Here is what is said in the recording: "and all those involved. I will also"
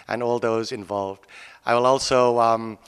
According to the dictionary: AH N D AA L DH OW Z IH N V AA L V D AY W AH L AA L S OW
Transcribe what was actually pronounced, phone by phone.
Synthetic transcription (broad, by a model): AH N AA L DH OW Z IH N V AA L V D AY W AH L AA L S OW